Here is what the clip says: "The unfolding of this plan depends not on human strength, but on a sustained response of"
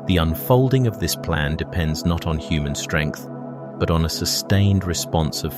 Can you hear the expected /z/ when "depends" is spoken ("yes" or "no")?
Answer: yes